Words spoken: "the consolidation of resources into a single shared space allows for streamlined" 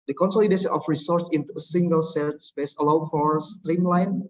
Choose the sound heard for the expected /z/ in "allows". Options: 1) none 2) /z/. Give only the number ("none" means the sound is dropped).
1